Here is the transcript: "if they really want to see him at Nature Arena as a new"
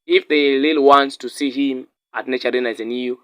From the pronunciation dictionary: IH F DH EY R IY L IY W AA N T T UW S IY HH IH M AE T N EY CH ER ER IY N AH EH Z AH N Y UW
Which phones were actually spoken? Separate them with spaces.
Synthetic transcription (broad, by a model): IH F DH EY L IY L W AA N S T UW S IY HH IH M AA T N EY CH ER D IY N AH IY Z AH N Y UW